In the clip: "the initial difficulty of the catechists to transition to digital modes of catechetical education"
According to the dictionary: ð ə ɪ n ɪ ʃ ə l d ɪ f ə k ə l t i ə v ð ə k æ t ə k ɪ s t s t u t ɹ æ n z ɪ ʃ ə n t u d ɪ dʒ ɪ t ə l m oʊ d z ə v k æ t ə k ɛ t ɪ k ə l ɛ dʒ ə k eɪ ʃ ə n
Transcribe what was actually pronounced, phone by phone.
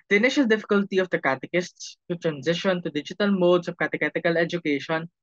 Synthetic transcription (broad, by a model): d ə ɪ n ɪ ʃ ə l d ɪ f ə k ə l t i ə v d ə k æ t ə k ɪ s t s t u t ɹ æ n z ɪ ʃ ə n t u d ɪ dʒ ɪ t ə l m oʊ d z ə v k æ t ə k ɛ t ɪ k ə l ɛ dʒ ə k eɪ ʃ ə n